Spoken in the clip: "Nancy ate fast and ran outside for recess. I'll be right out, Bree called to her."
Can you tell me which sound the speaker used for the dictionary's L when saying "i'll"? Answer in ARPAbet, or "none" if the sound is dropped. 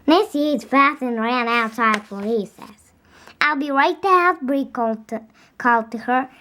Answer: L